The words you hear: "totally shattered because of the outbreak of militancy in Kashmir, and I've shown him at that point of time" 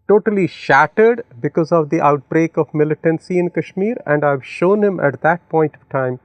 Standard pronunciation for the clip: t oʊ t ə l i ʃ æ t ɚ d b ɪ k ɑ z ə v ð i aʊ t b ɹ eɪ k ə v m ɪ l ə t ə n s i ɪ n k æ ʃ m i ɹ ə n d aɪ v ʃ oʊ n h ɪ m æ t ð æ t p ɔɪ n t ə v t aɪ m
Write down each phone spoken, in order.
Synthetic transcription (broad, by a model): t oʊ t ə l i ʃ æ t ɚ d b ɪ k ɑ z ə v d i aʊ t b ɹ eɪ k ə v m ɪ l ə t ə n s i ɪ n k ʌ ʃ m i ɹ ə n d aɪ v ʃ oʊ n h ɪ m æ t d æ t p ɔɪ n t ə v t aɪ m